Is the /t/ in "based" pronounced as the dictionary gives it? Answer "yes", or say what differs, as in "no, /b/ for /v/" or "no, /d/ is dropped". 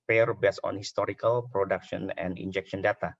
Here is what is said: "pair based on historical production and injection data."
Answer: no, /t/ is dropped